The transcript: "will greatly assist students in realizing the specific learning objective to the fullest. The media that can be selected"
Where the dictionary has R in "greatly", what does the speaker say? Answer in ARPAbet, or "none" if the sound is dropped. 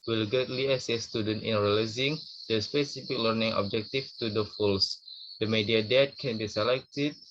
none